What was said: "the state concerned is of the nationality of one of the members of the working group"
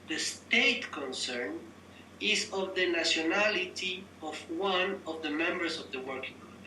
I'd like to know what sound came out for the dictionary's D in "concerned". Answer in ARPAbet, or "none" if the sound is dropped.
none